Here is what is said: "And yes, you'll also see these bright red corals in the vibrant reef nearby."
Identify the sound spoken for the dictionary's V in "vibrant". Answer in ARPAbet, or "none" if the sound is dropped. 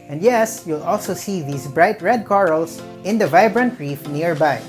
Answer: V